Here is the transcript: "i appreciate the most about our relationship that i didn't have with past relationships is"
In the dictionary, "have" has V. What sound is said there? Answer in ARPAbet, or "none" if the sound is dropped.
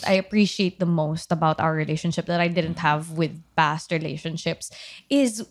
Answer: V